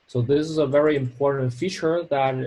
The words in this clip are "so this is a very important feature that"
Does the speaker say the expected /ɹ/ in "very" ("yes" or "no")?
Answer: yes